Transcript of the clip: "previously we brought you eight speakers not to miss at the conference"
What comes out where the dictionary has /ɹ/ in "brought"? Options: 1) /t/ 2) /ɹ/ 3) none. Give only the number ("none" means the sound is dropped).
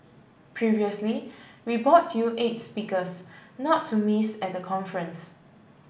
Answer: 3